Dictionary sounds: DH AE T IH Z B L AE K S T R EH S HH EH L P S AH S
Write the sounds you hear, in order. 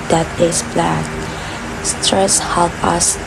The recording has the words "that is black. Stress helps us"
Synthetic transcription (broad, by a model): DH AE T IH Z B L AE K S T R EH S HH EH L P AH S